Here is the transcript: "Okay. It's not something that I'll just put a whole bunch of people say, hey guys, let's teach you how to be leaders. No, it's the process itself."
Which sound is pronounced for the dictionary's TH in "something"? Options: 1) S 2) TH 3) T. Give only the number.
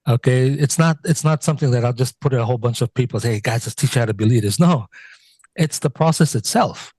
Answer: 2